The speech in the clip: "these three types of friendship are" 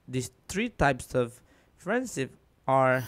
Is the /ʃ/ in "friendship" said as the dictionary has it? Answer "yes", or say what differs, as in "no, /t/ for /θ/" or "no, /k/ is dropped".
no, /s/ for /ʃ/